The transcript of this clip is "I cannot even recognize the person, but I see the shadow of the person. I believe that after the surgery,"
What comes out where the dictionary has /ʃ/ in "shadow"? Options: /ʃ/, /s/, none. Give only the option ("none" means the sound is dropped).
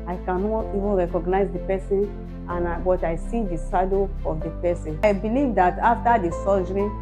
/s/